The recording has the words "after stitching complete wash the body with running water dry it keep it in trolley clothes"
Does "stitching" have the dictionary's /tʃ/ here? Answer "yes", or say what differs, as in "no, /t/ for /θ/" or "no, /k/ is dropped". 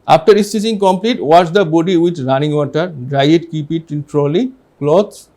no, /s/ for /tʃ/